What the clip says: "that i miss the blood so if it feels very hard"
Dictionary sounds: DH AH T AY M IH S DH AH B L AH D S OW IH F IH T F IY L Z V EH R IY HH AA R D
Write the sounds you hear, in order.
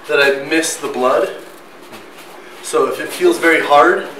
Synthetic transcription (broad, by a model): DH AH T AY M IH S DH AH B L AH D S OW IH F IH T F IY L Z V EH R IY HH AA R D